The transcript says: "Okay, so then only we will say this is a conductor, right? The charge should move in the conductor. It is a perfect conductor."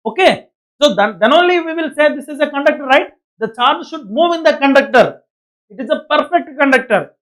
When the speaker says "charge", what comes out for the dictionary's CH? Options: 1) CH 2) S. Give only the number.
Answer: 1